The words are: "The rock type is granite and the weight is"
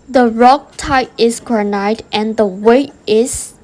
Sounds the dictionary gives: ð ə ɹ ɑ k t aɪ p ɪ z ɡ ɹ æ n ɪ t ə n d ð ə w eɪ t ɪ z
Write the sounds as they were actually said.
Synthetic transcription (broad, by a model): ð ə ɹ ɑ k t aɪ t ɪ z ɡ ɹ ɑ n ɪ t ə n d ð ə w eɪ t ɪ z